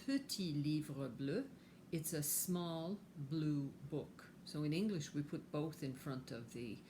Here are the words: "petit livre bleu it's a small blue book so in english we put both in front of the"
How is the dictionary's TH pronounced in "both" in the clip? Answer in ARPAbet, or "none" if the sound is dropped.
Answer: TH